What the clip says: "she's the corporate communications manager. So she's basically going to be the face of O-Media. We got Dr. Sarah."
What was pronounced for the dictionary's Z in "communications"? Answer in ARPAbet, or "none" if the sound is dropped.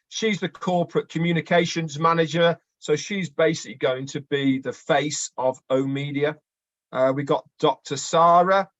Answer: Z